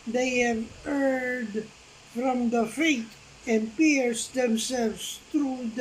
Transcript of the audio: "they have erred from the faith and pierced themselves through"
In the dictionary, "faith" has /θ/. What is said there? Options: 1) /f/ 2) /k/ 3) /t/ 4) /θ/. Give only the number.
3